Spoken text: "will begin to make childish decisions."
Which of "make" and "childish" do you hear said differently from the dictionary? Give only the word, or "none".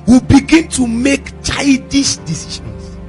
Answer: childish